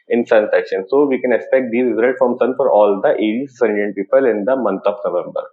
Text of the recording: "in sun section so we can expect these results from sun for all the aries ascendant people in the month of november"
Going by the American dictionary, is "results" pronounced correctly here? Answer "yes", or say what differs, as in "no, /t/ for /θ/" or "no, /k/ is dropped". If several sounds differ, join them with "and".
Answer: no, /s/ is dropped